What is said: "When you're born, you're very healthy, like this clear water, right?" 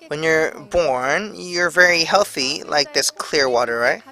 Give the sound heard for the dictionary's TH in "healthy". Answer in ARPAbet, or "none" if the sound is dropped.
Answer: TH